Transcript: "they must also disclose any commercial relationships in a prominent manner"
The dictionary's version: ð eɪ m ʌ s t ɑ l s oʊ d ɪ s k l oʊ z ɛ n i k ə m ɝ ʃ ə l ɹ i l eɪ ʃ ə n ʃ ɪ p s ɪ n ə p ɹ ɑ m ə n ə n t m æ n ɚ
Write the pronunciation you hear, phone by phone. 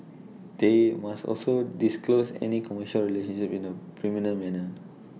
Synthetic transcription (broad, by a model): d eɪ m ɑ s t ɑ l s oʊ d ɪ s k l oʊ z ɛ n i k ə m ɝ ʃ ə l ɹ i l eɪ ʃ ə n ʃ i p ɪ n ə p ɹ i m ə n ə m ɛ n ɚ